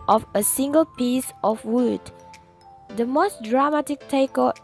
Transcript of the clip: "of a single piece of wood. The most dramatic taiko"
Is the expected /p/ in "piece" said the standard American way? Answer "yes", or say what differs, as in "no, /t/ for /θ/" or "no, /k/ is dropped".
yes